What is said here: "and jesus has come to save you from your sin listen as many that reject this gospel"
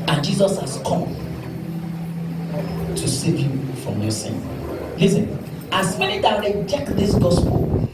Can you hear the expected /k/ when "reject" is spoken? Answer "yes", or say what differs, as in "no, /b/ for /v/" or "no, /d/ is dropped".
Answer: yes